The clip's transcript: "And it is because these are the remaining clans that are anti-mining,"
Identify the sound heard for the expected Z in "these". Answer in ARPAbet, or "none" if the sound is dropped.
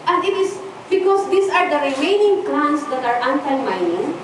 S